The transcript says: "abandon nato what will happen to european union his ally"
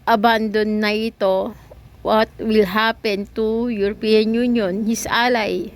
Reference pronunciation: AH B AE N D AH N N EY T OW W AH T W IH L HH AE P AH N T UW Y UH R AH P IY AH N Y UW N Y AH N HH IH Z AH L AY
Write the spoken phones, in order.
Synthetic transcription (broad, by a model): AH B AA N D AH N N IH T OW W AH T W IH L HH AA P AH N T UW Y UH R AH P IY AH N Y UW N Y AH N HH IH S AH L AY